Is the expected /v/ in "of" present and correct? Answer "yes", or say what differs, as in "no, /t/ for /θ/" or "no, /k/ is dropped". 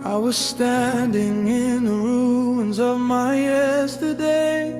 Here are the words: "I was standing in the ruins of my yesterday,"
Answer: yes